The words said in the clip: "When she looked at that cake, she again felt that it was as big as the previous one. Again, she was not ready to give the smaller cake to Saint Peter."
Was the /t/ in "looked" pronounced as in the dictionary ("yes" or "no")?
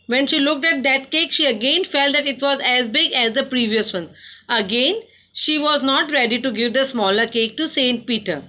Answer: yes